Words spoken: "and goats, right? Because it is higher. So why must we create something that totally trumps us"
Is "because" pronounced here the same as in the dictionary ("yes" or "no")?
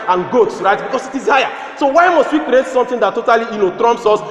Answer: no